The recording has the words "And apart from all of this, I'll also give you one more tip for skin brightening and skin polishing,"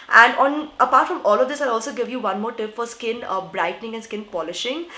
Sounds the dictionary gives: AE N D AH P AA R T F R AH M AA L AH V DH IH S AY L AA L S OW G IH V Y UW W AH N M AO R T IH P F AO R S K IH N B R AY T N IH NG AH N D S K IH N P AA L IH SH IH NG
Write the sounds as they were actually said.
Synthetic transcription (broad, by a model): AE N D AH P AA R T F R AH M AA L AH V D IH S AY AA L S OW G IH V Y UW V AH N M AO R T IH P F AO R S K IH N B R AY T N IH NG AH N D S K IH N P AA L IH SH IH NG